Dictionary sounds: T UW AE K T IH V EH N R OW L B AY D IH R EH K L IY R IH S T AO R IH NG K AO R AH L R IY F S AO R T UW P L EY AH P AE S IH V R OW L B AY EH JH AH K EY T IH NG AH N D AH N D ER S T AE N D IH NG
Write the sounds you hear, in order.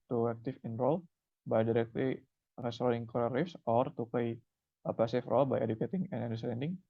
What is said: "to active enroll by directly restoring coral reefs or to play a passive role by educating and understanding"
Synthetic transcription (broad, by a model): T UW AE K T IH F EH N R OW L B AY D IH R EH K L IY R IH S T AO IH NG K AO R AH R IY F S AO R T UW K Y AH P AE S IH F R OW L B AY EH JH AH K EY T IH NG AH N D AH N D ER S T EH N D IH NG